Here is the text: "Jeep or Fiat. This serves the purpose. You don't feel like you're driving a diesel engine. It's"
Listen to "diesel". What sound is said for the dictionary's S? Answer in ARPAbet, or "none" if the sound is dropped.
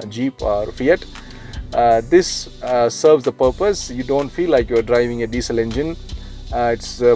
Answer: S